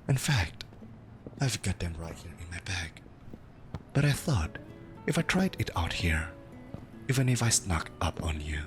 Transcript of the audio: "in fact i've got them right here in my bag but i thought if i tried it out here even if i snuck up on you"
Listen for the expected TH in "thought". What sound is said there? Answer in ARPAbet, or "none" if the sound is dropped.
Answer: TH